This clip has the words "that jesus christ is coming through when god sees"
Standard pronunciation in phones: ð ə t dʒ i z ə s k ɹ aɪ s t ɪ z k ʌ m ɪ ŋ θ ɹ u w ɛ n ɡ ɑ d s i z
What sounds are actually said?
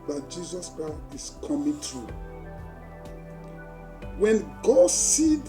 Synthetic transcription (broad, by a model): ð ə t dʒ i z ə s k aɪ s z k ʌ m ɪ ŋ t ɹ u w ɛ n ɡ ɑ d s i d